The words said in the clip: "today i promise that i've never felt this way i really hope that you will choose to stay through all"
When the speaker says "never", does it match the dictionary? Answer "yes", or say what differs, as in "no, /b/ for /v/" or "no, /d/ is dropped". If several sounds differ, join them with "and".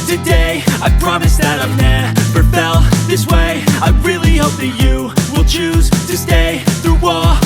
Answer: no, /p/ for /v/